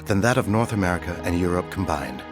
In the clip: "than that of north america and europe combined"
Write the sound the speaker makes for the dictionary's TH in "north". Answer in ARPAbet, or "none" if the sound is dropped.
TH